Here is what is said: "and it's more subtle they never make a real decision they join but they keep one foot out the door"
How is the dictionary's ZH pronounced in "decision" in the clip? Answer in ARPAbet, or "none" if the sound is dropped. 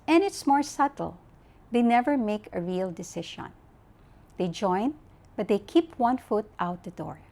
SH